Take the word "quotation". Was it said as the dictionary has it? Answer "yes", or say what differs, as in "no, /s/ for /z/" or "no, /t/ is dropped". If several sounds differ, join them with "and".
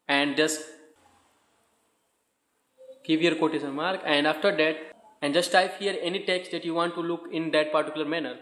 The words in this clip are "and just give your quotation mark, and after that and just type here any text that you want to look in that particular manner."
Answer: no, /s/ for /ʃ/